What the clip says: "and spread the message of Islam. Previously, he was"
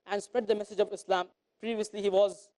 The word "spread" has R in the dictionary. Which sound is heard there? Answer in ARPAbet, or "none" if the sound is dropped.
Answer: R